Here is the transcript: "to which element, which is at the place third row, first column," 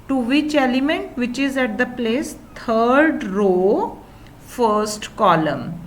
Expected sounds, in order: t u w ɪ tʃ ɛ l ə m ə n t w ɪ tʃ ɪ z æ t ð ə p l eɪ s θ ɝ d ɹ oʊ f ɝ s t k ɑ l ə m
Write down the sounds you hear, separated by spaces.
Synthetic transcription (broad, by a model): t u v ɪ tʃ ɛ l ə m ə n t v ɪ tʃ ɪ z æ t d ə p l eɪ s t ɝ d ɹ oʊ f ɝ s t k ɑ l ə m